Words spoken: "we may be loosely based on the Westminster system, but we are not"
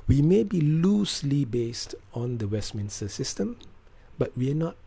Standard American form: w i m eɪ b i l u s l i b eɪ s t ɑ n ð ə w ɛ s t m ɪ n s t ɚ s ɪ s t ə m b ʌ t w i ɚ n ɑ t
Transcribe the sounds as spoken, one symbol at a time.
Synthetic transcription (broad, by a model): w i m eɪ b i l u s l i b eɪ s t ɑ n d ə w ɛ s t m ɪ n s t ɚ s ɪ s t ə m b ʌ t w i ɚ n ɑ t